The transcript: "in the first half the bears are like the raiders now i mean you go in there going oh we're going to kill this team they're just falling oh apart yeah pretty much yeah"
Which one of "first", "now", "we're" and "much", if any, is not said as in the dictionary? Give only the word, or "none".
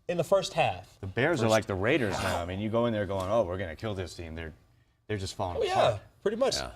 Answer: none